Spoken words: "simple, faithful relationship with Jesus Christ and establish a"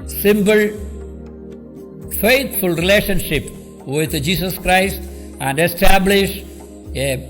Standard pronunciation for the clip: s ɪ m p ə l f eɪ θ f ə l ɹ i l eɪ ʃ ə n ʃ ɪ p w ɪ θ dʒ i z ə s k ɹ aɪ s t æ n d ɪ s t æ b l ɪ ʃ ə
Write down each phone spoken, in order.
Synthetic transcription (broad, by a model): s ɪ m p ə l f eɪ t f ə l ɹ i l eɪ ʃ ə n ʃ ɪ p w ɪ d dʒ i s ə s k ɹ aɪ s t æ n d ɪ s t æ b l ɪ ʃ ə